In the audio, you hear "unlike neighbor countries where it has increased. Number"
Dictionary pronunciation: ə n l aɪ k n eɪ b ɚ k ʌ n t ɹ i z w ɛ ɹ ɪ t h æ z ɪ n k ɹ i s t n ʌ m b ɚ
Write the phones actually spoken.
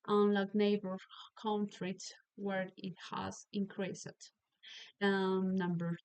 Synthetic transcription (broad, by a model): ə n l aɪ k n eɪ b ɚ k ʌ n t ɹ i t w ɛ ɹ ɪ t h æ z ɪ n k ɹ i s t n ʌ m b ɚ